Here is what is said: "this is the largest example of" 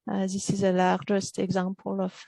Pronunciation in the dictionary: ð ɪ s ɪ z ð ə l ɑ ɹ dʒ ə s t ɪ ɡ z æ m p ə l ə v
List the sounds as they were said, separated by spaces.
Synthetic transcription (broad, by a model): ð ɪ s ɪ z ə l ɑ ɹ dʒ ə s t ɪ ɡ z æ m p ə l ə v